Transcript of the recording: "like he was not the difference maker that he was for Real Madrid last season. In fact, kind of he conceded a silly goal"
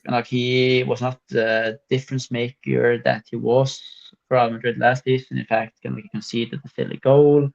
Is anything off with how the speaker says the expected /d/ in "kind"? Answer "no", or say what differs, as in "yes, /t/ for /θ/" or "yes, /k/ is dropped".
yes, /d/ is dropped